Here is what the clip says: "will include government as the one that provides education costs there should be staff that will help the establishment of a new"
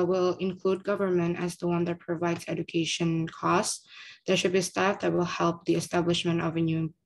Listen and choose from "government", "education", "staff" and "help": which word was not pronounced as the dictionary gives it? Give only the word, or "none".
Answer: none